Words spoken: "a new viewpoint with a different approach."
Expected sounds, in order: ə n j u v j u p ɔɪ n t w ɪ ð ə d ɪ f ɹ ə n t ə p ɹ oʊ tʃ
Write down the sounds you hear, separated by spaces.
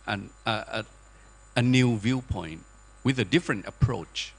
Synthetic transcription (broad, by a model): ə n j u v j u p ɔɪ n t w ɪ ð ə d ɪ f ɹ ə n t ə p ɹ oʊ tʃ